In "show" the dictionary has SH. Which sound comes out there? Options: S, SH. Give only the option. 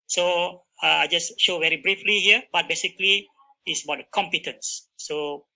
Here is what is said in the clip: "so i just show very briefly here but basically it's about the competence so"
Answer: SH